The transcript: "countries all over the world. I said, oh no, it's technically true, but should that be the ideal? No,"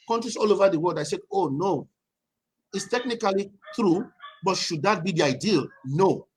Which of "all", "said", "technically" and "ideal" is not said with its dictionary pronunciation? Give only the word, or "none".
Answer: said